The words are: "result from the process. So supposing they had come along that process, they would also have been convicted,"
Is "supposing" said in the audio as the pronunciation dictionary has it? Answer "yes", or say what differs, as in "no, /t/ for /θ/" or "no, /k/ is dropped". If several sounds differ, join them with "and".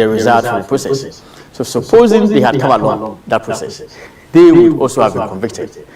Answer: yes